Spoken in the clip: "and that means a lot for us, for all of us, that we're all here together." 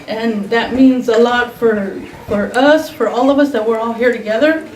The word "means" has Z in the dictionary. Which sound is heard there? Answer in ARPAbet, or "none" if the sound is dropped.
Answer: Z